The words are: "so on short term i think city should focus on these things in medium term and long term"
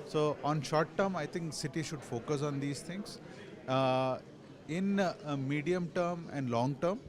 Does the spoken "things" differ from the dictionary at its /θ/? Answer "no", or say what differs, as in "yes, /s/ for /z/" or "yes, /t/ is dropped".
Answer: yes, /t/ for /θ/